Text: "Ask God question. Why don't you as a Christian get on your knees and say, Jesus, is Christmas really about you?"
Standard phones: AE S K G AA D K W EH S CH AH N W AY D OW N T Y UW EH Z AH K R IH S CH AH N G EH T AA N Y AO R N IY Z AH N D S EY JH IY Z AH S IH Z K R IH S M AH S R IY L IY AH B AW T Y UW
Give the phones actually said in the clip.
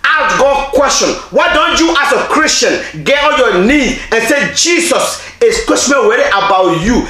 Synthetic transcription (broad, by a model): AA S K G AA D K W EH S CH AH N W AY D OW N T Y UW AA S AH K R IH S CH AH N G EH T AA L Y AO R N IY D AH N S EY JH IY S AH S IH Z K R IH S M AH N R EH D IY AH B AW T Y UW